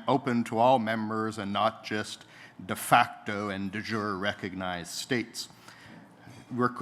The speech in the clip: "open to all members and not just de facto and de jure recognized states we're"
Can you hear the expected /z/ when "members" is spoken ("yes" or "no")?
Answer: yes